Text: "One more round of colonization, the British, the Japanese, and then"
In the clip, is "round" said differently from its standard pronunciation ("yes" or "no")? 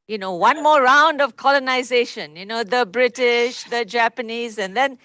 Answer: no